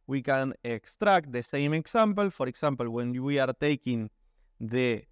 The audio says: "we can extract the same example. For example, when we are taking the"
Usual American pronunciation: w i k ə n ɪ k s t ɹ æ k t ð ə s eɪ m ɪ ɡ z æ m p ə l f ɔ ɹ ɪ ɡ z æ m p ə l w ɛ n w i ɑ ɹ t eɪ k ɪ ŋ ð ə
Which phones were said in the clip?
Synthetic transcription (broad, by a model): w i k ə n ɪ k s t ɹ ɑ k t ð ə s eɪ m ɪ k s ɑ m p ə l f ɔ ɹ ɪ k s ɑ m p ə l w ɛ n w i ɑ ɹ t eɪ k ɪ ŋ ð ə